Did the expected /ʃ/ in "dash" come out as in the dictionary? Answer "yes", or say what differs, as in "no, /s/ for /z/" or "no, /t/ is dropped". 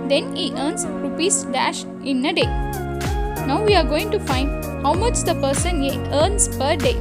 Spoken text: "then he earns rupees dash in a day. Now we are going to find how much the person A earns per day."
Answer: yes